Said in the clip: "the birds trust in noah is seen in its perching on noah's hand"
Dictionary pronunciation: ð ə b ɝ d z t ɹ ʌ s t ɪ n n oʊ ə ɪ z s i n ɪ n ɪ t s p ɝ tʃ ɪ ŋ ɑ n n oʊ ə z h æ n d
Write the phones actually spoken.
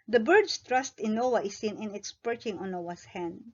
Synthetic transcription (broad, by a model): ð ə b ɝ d s t ɹ ʌ s t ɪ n n oʊ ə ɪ s i n ɪ n ɪ t s p ɝ tʃ ɪ ŋ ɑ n n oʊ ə s h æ n d